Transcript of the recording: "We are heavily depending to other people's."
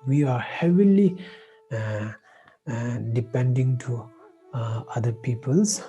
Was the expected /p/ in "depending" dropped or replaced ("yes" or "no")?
no